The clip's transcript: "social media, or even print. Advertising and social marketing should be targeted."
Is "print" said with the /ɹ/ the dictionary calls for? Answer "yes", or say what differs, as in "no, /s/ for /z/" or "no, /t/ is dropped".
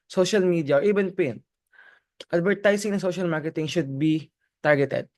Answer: no, /ɹ/ is dropped